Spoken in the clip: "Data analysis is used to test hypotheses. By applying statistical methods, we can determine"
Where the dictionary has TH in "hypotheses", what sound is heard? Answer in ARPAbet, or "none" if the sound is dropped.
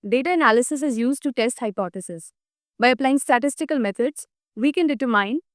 T